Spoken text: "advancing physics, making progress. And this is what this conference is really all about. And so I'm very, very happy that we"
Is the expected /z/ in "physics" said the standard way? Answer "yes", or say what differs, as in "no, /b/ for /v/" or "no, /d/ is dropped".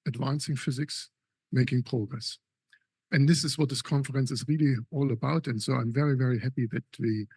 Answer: yes